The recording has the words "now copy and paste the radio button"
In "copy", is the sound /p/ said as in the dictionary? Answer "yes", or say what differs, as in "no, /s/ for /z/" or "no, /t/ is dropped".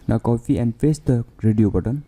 no, /f/ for /p/